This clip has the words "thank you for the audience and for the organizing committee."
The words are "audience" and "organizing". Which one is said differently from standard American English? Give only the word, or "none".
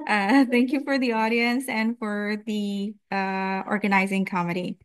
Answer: none